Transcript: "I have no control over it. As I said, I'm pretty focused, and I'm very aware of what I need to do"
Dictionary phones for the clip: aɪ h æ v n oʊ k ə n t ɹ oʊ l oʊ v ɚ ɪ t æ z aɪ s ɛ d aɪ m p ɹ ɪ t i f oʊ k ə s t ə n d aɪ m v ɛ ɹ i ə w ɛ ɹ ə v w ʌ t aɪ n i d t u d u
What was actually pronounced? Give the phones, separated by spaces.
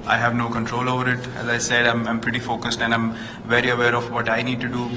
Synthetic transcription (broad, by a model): aɪ h æ v n oʊ k ə n t ɹ oʊ l oʊ v ɚ ɪ t æ z aɪ s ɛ d aɪ m p ɹ ɪ t i f oʊ k ə s t ə n d aɪ m v ɛ ɹ i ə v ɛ ɹ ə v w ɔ t aɪ n i d t u d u